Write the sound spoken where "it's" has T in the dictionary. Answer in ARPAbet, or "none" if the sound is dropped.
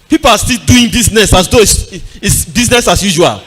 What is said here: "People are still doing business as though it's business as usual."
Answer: S